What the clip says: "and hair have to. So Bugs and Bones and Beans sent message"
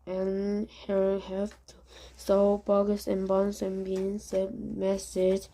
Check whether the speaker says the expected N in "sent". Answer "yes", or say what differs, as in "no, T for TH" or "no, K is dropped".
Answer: no, N is dropped